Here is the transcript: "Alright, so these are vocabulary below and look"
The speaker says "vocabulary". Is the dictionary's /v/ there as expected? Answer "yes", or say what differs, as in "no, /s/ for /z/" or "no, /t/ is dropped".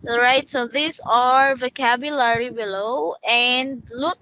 yes